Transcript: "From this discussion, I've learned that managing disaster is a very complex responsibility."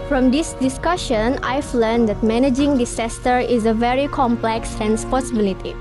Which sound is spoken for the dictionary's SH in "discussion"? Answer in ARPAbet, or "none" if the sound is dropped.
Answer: SH